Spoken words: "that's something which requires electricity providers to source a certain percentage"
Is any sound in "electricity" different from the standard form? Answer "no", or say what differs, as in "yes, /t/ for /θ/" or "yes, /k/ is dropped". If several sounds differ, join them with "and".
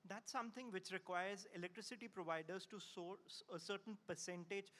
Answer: no